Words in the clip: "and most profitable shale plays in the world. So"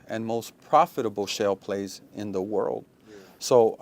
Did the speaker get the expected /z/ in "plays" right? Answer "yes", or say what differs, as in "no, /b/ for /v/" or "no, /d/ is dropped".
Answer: yes